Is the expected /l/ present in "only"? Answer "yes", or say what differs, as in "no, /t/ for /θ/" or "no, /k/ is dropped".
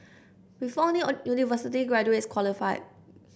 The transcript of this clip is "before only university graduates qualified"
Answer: no, /l/ is dropped